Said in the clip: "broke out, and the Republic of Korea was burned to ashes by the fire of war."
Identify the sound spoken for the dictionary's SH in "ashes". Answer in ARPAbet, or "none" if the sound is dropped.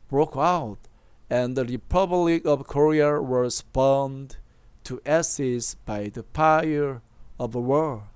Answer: S